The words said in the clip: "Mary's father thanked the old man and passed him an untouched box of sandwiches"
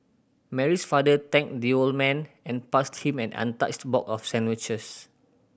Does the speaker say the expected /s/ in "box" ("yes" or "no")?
no